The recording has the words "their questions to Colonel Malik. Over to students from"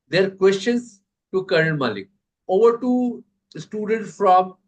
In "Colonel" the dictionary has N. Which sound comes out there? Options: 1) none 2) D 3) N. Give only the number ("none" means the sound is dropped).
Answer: 1